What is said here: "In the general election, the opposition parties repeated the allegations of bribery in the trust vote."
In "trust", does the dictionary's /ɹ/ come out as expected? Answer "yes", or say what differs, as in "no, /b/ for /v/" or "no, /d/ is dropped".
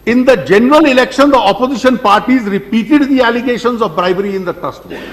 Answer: no, /ɹ/ is dropped